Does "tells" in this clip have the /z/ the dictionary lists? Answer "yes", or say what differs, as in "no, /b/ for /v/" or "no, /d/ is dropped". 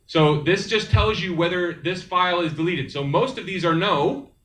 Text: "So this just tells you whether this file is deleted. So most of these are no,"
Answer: yes